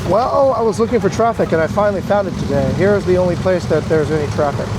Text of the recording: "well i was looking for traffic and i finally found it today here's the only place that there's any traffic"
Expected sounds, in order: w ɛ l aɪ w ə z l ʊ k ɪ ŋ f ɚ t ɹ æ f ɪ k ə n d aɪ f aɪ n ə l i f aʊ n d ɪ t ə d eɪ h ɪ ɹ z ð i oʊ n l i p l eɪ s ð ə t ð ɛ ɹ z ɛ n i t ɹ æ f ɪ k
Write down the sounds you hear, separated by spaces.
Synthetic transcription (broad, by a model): w ɛ l aɪ w ə z l ʊ k ɪ ŋ f ɚ t ɹ æ f ɪ k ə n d aɪ f aɪ n l i f aʊ n d ɪ t ə d eɪ h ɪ ɹ z ð i oʊ n l i p l eɪ s ð ə t ð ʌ ɹ z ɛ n i t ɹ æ f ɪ k